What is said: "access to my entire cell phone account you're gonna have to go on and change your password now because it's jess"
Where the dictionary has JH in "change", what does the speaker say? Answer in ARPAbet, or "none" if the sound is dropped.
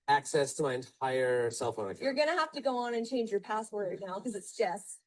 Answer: JH